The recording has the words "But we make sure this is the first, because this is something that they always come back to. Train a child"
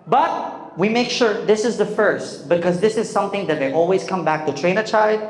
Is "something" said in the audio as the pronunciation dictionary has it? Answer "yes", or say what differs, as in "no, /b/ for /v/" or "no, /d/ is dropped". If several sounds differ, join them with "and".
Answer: yes